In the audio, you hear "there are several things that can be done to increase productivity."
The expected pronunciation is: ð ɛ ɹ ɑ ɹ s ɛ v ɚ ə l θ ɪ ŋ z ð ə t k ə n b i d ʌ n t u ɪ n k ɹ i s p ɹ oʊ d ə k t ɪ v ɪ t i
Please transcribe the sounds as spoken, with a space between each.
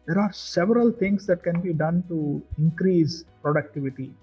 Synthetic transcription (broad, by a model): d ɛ ɹ ɑ ɹ s ɛ v ɚ ə l t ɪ ŋ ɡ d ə t k ə n b i d ʌ n t u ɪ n k ɹ i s p ɹ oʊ d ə k t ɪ v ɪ t i